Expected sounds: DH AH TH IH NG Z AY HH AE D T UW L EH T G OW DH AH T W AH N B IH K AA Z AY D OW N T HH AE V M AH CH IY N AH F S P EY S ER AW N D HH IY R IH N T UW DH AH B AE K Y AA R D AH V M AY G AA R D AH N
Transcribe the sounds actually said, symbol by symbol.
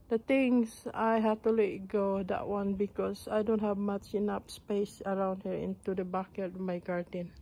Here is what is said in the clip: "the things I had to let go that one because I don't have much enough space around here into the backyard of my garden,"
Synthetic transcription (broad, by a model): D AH T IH NG S AY HH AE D T UW L EH T G OW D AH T W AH N B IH K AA S AY D OW N T HH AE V M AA CH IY N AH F S P EY S ER AW N D HH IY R IH N T UW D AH B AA K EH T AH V M AY G AA R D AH N